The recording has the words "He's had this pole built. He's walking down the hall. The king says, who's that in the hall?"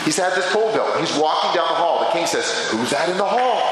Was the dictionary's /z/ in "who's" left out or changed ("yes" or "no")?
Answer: no